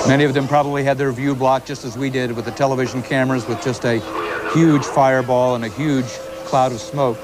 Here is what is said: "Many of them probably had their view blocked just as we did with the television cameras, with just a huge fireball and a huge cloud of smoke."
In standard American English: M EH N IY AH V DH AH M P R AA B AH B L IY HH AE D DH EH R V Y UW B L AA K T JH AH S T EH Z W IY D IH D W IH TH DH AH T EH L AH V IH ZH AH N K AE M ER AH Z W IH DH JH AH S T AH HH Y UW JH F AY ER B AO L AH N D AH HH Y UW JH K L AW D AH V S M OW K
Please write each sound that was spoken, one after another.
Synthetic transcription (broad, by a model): M EH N IY AH V DH AH M P R AA B AH B L IY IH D DH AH R V Y UW B L AA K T JH AH S T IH Z W IY D IH D W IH DH AH T EH L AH V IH ZH N K AE M ER AH Z W IH DH JH AH S T AH HH Y UW JH F AY ER B AO L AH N AH HH Y UW JH K L AW D AH V S M OW K